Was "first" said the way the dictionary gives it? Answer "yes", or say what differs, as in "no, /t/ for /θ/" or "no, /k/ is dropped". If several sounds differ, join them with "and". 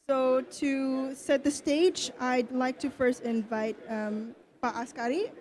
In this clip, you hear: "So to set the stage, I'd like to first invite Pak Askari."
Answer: yes